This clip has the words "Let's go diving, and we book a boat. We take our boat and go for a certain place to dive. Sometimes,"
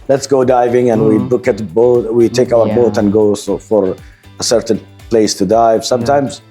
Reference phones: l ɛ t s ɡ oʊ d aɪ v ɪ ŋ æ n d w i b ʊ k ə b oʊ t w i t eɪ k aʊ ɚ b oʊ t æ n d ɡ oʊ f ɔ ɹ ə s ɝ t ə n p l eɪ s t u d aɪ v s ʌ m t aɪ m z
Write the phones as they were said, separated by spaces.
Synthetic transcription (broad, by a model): l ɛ t s ɡ oʊ d aɪ v ɪ ŋ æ n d w i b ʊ k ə b oʊ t w i t eɪ k aʊ ɚ b oʊ t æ n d ɡ oʊ f ɔ ɹ ə s ɝ t ə n p l eɪ s t u d aɪ v s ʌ m t aɪ m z